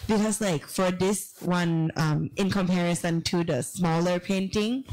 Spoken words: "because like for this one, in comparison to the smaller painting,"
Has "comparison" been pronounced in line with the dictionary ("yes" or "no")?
yes